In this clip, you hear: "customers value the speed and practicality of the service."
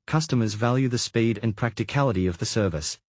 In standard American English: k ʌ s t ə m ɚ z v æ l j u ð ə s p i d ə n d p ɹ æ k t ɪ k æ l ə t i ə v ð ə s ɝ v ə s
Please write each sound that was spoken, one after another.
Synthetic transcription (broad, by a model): k ʌ s t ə m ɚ z v æ l j u ð ə s p i d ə n p ɹ æ k t ɪ k æ l ə t i ə v ð ə s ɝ v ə s